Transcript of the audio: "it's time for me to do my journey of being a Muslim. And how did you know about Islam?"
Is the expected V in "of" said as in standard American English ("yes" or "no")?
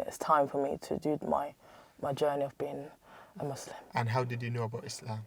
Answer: yes